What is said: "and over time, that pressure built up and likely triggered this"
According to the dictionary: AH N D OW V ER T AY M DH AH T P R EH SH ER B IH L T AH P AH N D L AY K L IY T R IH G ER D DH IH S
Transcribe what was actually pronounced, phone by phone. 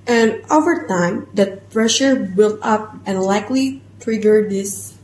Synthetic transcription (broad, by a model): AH N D OW V ER T AY M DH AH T P R EH SH ER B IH L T AH P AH N L AY K L IY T R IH G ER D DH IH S